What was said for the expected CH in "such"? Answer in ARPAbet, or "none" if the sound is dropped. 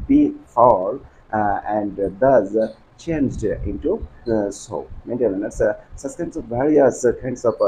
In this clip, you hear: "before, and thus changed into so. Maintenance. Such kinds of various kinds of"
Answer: S